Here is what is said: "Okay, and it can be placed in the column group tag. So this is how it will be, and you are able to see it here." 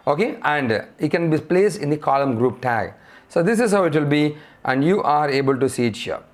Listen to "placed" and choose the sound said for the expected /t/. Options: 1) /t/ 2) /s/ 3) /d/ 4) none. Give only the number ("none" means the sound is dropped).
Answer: 4